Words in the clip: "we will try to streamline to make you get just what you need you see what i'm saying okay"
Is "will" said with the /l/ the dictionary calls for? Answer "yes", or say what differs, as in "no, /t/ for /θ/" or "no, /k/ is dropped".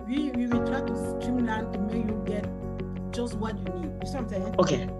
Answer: no, /w/ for /l/